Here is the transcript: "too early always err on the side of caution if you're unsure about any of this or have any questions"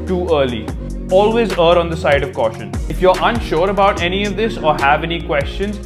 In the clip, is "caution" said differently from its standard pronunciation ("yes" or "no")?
no